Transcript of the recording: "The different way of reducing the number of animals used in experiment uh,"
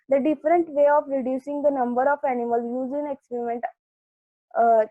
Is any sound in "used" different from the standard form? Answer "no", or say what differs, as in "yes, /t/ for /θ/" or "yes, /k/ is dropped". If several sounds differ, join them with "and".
yes, /d/ is dropped